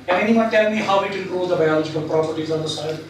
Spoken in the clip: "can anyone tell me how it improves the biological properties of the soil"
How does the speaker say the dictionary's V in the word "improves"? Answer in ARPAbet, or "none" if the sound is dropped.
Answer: none